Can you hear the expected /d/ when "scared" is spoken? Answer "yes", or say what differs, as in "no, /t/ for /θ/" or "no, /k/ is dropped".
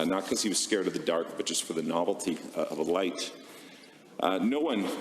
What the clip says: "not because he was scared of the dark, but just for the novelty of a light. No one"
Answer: yes